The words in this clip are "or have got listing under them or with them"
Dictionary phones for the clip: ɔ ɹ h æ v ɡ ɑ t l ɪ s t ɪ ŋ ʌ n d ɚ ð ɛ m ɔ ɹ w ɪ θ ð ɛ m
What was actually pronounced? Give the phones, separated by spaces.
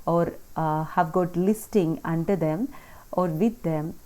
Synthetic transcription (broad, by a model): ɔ ɹ h æ v ɡ ɑ t l ɪ s t ɪ ŋ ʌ n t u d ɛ m ɔ ɹ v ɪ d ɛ m